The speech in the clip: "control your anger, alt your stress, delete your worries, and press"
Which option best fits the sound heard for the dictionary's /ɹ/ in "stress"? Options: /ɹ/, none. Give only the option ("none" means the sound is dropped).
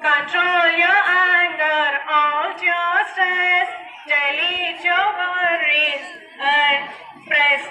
none